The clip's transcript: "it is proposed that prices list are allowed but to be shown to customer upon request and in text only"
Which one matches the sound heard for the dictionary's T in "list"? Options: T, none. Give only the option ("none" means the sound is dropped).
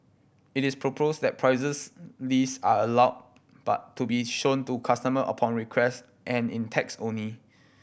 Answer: none